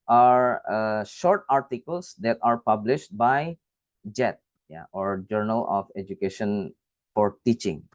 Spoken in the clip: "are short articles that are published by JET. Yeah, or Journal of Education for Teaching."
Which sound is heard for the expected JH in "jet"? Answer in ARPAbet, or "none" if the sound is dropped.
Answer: JH